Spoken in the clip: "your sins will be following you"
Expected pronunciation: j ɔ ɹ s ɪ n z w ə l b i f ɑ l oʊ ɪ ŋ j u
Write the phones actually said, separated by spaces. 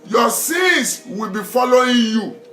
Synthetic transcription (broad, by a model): j ɔ s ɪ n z w ə l b i f ɑ l oʊ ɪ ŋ j u